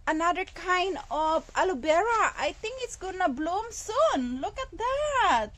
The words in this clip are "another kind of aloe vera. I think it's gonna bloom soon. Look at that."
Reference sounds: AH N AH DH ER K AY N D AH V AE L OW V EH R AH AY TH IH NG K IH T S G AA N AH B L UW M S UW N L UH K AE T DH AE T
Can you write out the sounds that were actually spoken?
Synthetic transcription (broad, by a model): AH N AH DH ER K AY N D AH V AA L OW B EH R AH AY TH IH NG K IH T S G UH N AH B L UW M S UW N L UH K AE T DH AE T